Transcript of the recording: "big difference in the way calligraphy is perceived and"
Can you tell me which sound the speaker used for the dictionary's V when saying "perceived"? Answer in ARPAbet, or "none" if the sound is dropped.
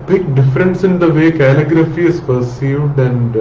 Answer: V